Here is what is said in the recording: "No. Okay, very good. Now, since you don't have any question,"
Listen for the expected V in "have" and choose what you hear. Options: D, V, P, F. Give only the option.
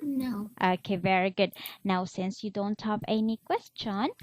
P